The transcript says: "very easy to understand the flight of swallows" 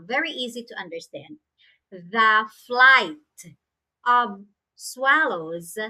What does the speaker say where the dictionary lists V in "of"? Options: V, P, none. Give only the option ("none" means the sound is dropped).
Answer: V